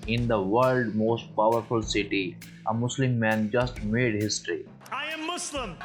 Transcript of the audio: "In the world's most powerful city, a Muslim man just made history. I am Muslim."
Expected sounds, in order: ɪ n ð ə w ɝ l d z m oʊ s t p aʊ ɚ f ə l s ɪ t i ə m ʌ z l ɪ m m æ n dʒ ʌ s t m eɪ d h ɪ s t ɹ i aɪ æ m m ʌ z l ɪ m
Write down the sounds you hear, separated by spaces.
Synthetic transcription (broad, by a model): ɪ n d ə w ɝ l d m oʊ s t p aʊ ɚ f ə l s ɪ t i ə m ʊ s l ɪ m m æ n dʒ ʌ s t m eɪ d h ɪ s t ɹ i aɪ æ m m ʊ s l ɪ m